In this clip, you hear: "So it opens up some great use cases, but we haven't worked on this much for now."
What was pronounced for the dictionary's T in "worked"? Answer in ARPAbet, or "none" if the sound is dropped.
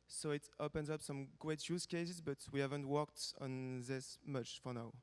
T